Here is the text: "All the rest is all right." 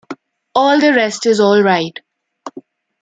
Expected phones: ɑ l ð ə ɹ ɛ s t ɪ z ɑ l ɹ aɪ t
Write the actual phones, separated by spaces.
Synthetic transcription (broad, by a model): ɑ l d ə ɹ ɛ s t ɪ z ɑ l ɹ aɪ t